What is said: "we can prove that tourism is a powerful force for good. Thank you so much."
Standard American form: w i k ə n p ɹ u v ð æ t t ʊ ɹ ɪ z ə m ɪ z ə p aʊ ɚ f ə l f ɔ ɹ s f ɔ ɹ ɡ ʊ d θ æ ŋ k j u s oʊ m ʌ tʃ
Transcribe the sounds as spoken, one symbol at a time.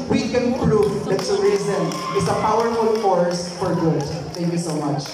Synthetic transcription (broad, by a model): w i k ə n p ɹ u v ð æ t s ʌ ɹ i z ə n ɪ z ə p aʊ ɚ f ə l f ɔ ɹ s f ɔ ɹ ɡ ʊ d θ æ ŋ k j u s oʊ m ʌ tʃ